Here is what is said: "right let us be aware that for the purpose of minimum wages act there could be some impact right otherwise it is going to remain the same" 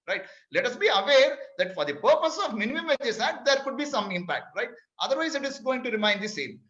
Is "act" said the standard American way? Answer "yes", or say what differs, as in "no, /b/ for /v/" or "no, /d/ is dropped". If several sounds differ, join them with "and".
no, /k/ is dropped